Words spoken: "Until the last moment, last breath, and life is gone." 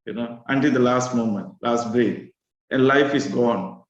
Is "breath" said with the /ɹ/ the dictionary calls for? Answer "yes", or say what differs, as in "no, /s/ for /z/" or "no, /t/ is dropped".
no, /ɹ/ is dropped